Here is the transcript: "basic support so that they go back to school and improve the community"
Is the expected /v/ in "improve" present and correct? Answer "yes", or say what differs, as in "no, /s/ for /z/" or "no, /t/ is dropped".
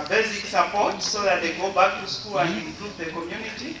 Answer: no, /p/ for /v/